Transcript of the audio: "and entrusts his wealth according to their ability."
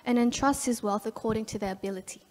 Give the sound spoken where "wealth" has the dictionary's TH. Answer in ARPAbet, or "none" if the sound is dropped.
TH